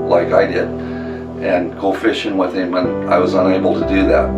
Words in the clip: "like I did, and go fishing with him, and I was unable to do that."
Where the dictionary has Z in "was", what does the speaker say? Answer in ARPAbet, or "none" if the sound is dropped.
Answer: Z